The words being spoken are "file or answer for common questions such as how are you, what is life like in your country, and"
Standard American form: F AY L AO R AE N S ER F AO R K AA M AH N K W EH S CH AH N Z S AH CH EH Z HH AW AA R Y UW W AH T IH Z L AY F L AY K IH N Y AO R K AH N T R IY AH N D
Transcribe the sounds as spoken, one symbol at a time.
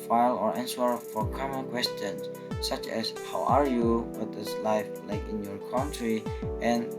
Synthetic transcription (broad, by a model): F AY L AO R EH N S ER F AO R K AA M AH N K W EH S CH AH N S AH CH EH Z HH AW AA R Y UW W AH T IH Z L AY F L AY K IH N Y AO R K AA N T R IY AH N